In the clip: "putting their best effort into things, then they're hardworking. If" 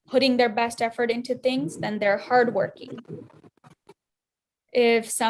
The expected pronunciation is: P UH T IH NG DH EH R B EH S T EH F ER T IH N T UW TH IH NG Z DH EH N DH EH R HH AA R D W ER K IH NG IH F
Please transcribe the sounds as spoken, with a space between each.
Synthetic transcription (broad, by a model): P UH T IH NG DH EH R B EH S T EH F ER T IH N T UW TH IH NG Z DH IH N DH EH R HH AA R D W ER K IH NG IH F